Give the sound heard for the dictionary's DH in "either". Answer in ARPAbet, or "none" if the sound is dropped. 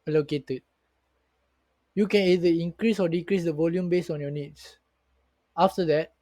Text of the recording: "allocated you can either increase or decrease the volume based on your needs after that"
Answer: none